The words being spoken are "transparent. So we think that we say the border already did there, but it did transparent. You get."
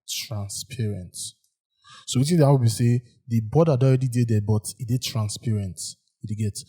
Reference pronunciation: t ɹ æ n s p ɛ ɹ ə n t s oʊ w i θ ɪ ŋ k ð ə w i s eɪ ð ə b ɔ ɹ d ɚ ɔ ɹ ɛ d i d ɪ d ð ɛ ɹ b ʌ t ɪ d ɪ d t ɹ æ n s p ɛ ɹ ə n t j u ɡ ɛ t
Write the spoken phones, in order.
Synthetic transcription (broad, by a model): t ɹ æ n s p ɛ ɹ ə n t s oʊ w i t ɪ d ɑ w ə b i s eɪ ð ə b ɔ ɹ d ɔ ɹ ɛ d i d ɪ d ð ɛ b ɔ t ɪ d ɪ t ɹ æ n s p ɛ ɹ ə n t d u ɡ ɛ t